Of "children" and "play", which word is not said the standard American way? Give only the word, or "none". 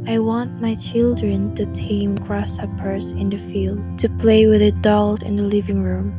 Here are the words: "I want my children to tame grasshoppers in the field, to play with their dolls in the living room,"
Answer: none